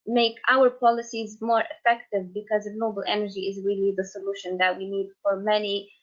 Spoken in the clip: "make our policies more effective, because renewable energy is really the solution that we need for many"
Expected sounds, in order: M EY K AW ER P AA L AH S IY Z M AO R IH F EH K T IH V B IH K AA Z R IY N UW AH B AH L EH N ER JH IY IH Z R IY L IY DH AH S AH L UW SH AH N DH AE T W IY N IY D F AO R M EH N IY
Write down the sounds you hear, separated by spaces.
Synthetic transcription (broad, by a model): M EY K AW ER P AA L AH S IY Z M AO R IH F EH K T IH V B IH K AA Z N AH B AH L EH N ER JH IY IH Z R IY L IY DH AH S AH L UW SH AH N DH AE T W IY N IY D F AO R M EH N IY